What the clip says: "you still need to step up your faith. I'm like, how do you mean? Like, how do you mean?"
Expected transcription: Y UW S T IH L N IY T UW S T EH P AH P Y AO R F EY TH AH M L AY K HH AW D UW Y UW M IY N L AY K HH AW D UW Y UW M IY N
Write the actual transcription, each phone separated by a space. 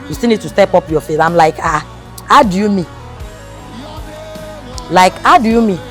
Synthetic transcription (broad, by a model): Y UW S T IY N IY T UW S T EH P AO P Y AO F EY S AH M L AY K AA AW D UW Y UW M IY L AY K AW D UW Y UW M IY